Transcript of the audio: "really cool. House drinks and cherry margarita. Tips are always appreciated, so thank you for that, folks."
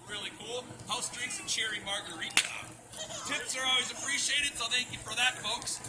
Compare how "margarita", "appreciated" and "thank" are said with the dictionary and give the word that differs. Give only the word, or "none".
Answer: none